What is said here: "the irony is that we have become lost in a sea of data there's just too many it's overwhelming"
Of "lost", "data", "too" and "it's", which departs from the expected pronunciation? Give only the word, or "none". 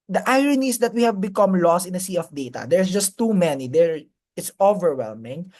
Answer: none